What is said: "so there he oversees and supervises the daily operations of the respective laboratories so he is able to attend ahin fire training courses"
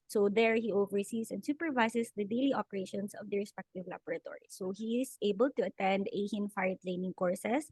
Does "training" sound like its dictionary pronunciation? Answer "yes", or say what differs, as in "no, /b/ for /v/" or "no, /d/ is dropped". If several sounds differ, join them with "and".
no, /l/ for /ɹ/